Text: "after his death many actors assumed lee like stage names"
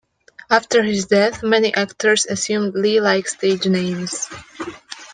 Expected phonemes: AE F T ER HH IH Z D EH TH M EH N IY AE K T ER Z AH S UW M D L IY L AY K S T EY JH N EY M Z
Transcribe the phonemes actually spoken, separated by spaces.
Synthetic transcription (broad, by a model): AE F T ER HH IH Z D EH TH M EH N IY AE K T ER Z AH S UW M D L IY L AY K S T EY JH N EY M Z